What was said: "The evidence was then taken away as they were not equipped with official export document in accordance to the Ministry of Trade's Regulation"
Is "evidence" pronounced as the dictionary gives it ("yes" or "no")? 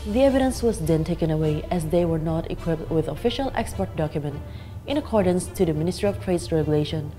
yes